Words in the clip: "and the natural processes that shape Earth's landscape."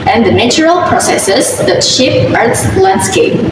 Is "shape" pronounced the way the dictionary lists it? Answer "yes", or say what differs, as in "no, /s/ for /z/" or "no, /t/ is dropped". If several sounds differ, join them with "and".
yes